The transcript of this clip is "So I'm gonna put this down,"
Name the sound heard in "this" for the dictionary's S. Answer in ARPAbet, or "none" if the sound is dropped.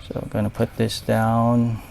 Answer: S